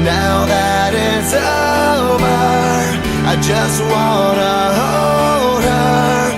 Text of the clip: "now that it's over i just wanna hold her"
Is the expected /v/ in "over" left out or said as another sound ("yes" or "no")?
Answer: yes